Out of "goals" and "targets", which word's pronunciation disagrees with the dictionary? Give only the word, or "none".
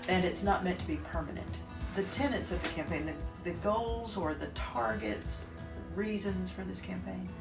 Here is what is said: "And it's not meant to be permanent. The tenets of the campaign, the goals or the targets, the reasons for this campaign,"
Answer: none